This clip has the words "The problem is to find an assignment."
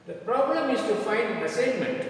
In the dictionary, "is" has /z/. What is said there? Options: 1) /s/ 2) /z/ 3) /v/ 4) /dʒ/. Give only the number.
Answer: 1